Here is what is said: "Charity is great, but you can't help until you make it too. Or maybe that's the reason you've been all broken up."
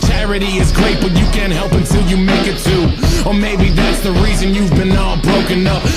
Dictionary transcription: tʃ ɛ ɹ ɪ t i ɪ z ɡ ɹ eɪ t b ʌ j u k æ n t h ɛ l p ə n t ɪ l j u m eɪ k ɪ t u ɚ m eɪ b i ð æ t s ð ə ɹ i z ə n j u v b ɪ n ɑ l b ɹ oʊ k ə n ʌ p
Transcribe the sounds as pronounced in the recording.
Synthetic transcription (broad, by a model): tʃ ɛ ɹ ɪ t i ɪ z ɡ ɹ eɪ t b ʌ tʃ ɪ k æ n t h ɛ l p ə n t ɪ l j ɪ m eɪ k ɪ t u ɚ m eɪ b i ð æ t s ð ə ɹ i z ə n j u v b ɪ n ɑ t b ɹ oʊ k ə n ʌ p